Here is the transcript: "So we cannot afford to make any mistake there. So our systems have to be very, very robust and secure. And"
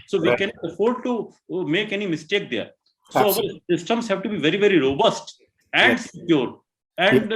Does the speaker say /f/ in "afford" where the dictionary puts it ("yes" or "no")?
yes